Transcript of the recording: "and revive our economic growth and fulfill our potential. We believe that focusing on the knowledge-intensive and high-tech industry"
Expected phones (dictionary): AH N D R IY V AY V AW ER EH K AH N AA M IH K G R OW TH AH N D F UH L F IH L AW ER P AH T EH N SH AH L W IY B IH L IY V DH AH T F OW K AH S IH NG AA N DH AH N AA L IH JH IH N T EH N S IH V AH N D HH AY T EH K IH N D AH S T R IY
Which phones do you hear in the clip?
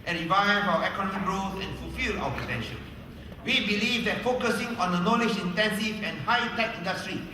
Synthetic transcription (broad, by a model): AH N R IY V AY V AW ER EH K AH N AA M IH K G R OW S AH N F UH L F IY L AW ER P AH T EH N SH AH N W IY B IH L IY V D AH T F OW K AH S IH NG AA N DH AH N AA L IH JH IH N T EH N S IH V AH N HH AY T EH K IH N D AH S T R IY